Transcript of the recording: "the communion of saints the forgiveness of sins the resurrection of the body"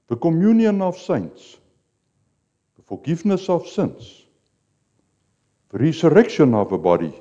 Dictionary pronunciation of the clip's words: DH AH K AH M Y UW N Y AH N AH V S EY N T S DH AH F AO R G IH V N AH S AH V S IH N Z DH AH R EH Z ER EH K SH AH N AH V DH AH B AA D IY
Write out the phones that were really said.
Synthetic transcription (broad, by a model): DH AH K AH M Y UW N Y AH N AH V S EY N T S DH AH F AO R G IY F N AH S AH F S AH N S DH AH R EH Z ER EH K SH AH N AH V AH B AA D IY